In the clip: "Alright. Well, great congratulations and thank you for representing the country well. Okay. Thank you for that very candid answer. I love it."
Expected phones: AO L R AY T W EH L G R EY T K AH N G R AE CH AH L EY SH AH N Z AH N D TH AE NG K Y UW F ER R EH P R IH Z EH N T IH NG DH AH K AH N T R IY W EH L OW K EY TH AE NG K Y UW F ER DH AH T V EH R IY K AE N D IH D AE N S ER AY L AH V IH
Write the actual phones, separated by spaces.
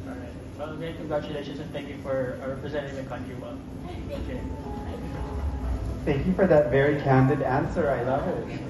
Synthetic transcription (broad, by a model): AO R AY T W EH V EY K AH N G R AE CH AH L EY SH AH N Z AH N TH AE NG K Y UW F ER R EH P R IH Z EH N T IH NG DH AH K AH N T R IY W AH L OW K EY TH AE NG K Y UW F ER DH AH T V EH R IY K AE N D IH D AE N S ER AY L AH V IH